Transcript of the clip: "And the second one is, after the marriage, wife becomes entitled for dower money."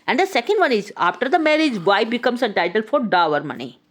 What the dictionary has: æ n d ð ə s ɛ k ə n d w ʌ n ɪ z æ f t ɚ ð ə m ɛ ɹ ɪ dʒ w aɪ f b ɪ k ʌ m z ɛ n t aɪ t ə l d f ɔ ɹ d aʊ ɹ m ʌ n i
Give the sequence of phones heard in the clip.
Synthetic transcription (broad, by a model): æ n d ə s ɛ k ə n d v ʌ n ɪ z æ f t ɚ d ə m ɛ ɹ ɪ dʒ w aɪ b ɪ k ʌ m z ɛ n t aɪ t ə l f ɔ ɹ d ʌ ɹ m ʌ n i